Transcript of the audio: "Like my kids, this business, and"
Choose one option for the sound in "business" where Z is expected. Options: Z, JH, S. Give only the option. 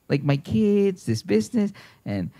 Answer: Z